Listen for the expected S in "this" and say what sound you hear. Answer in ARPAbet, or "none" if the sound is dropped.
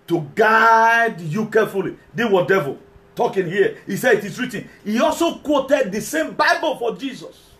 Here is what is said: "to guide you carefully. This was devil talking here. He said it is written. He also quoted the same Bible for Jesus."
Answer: none